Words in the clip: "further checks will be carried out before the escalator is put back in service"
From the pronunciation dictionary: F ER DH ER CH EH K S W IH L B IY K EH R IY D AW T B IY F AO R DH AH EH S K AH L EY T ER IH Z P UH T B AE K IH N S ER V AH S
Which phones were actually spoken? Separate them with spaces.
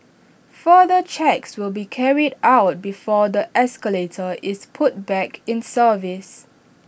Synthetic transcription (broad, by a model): F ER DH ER CH EH K S W IH L B IY K EH R IY D AW T B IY F AO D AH EH S K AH L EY T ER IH S P UH T B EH K IH N S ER V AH S